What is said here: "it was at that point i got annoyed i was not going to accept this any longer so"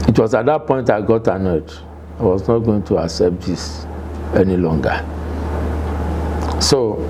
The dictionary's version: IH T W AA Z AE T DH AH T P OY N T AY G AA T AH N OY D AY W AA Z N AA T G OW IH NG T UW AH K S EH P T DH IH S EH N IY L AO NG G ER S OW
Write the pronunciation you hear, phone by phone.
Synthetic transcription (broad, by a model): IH T W AA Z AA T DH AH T P OY N T AY G AA T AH N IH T AY W AA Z N AA T G OW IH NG T UW AH K S EH P T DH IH S EH N IY L AO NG G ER S OW